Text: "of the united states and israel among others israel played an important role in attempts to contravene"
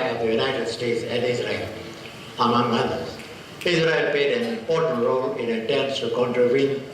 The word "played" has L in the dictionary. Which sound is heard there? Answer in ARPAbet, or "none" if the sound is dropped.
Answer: none